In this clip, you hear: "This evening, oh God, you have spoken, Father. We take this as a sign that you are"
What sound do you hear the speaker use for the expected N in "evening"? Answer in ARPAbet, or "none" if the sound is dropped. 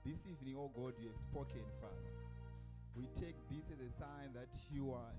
N